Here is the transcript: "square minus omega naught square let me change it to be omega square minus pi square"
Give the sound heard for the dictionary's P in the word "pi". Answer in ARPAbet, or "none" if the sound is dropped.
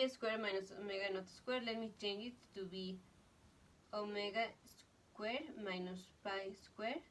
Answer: P